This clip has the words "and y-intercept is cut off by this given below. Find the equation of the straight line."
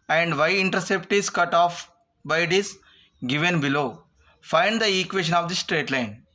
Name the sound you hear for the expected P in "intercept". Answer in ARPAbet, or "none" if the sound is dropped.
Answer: P